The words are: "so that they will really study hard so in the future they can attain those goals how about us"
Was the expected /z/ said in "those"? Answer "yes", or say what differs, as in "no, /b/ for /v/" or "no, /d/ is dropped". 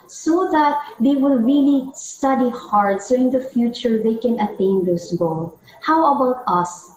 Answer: no, /s/ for /z/